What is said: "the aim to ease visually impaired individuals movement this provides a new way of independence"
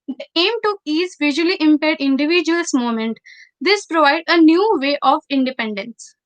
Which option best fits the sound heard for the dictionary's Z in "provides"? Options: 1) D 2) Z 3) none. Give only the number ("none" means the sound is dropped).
3